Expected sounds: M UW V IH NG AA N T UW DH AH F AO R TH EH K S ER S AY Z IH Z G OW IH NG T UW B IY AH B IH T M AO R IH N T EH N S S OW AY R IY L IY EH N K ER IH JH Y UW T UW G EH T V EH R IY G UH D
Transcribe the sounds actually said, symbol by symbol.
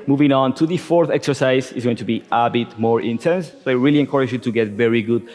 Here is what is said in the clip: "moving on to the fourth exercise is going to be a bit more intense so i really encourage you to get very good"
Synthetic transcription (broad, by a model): M UW V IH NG AA N T UW DH AH F AO R TH EH K S ER S AY Z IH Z G OW IH NG T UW B IY AH B IH T M AO R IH N T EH N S S OW AY R IY L IY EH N K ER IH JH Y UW T UW G EH T V EH R IY G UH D